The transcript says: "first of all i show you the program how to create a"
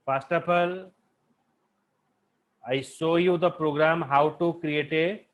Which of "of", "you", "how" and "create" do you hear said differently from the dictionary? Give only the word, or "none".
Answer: of